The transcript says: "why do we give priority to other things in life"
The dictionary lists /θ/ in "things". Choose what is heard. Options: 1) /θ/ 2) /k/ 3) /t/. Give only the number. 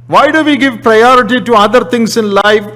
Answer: 3